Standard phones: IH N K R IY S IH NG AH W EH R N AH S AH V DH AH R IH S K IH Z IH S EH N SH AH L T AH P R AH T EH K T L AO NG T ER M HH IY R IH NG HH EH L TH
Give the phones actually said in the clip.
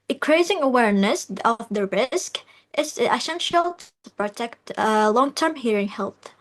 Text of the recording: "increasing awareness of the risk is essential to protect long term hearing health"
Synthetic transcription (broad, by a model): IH K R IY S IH NG AH W EH R N AH S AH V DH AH R IH S K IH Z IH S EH N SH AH L T AH P R AH T EH K T L AO NG T ER M HH IY R IH NG HH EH L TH